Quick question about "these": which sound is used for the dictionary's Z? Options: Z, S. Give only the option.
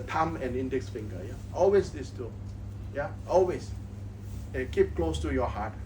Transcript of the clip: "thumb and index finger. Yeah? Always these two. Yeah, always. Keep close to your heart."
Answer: S